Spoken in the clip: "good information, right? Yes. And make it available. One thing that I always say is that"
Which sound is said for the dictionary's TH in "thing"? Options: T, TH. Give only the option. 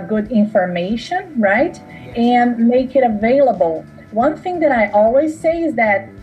TH